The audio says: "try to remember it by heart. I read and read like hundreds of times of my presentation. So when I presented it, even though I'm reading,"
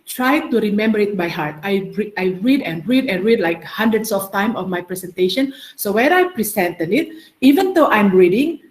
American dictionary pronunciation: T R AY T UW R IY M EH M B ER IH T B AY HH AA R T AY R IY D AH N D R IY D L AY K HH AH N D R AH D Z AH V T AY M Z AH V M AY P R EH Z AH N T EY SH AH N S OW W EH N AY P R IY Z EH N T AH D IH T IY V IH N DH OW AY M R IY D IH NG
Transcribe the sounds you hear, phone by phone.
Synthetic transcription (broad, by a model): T R AY T UW R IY M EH M B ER IH T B AY HH AA R T AY R IY D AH N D R IY D L AY K HH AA N D R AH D S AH F T AY M AH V M AY P R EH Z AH N T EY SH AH N S OW W EH N AY P R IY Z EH N T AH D IH T IY V IH N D OW AY M R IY D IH NG